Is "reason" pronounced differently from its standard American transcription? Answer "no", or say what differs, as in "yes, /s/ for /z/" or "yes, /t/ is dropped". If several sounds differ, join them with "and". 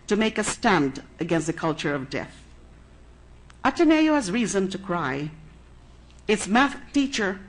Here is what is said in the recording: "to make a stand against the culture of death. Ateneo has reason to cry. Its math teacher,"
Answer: no